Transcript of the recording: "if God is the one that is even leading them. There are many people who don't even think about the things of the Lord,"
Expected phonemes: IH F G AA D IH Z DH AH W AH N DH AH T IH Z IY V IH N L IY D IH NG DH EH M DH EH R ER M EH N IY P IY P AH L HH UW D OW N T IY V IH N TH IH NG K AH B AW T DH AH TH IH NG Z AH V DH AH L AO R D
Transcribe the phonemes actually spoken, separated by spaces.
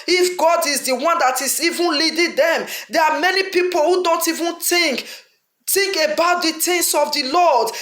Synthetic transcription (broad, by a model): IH F G AA D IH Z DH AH W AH N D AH T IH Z IY V IH N L IY D IH NG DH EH M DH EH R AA M EH N IY P IY P AH L HH UW D OW N T IY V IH N T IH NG K AH B AW T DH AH T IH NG S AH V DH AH L AO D